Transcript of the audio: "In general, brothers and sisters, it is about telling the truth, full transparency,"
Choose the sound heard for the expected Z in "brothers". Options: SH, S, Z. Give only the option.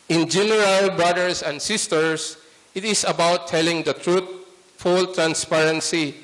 S